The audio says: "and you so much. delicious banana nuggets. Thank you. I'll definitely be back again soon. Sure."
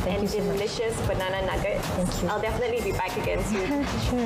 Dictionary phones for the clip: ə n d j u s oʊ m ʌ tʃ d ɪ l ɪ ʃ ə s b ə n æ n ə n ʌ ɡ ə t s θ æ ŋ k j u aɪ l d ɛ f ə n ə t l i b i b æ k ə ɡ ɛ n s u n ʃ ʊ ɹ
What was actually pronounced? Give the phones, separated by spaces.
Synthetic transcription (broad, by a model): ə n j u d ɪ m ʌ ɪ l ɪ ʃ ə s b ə n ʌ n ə n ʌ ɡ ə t θ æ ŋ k j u aɪ l d ɛ f ə n ə t l i b i b æ k ə ɡ ɛ n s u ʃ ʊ